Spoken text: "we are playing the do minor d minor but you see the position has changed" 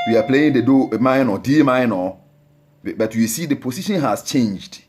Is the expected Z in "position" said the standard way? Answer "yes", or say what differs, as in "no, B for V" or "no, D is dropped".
no, S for Z